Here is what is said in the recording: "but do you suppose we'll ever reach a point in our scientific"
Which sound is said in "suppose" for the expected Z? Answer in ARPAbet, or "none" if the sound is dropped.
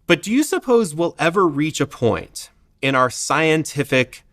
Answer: Z